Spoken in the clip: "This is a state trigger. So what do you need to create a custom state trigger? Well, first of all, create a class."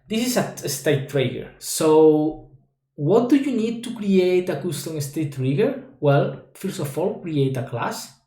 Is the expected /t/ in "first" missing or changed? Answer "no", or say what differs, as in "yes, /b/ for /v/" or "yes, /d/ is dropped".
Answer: yes, /t/ is dropped